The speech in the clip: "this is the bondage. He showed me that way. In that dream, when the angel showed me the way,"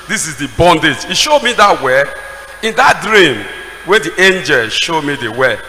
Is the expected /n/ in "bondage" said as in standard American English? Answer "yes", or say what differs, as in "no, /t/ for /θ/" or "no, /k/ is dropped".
yes